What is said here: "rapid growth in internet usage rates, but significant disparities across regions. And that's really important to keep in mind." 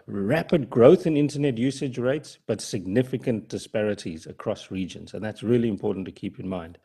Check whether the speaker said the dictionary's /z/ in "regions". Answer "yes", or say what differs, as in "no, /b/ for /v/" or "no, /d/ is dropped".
yes